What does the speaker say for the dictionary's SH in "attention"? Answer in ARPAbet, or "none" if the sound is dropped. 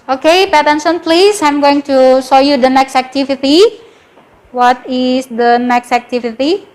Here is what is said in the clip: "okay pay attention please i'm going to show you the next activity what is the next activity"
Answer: S